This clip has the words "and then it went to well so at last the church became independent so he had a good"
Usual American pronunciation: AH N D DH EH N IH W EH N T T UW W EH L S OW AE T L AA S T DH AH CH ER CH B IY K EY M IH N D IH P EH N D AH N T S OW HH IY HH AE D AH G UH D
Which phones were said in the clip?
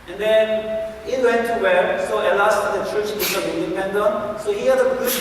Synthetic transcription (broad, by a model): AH N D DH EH N IH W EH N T T UW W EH S OW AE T L AA S T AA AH CH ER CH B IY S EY IH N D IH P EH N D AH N S OW HH IY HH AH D AH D